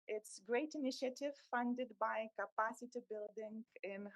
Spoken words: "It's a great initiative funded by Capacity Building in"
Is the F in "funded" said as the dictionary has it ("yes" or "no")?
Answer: yes